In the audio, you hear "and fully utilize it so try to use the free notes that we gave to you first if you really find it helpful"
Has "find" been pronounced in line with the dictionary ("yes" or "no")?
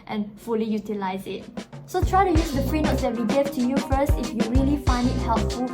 yes